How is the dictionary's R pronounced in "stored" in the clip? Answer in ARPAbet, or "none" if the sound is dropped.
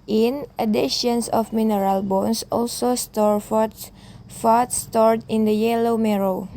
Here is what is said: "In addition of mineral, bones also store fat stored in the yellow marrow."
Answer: R